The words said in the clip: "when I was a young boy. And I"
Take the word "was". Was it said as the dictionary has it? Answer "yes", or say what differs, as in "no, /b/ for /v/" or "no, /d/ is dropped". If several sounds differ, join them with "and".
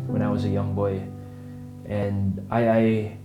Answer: yes